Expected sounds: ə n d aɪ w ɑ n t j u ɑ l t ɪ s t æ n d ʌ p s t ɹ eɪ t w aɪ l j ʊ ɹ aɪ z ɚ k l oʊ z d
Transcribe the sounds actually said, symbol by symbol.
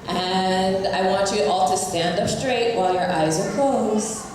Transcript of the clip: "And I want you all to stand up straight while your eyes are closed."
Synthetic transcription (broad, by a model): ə n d aɪ w ɑ n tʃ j ɑ l t ɪ s t æ n d ʌ p s t ɹ eɪ t w aɪ l j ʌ ɹ aɪ z ɚ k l oʊ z